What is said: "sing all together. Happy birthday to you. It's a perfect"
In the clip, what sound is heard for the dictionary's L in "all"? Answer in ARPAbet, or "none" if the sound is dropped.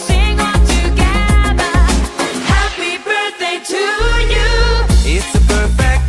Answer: N